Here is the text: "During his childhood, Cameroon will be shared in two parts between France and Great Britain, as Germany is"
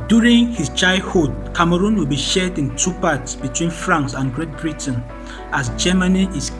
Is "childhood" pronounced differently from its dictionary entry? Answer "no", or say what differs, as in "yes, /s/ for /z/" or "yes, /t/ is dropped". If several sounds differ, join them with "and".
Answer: yes, /l/ is dropped